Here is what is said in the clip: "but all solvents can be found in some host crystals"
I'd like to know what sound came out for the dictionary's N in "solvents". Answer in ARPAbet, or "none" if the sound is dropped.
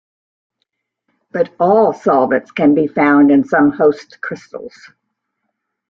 none